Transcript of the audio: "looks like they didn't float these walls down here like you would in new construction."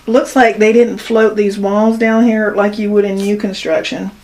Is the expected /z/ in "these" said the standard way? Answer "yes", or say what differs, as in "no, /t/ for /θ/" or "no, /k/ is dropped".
yes